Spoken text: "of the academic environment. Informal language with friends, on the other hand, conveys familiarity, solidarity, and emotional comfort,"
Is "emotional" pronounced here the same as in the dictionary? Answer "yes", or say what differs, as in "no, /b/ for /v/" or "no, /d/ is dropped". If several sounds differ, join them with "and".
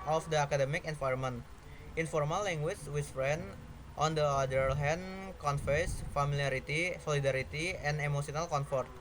no, /s/ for /ʃ/